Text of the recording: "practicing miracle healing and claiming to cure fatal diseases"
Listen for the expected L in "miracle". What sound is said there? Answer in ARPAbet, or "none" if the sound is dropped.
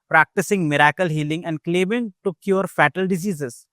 L